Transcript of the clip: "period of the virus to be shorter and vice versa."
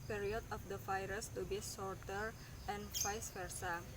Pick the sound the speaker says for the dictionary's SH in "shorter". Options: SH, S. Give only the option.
S